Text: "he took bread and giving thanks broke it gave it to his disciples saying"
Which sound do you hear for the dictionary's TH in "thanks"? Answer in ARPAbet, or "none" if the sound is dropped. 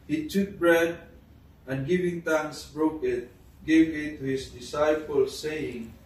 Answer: T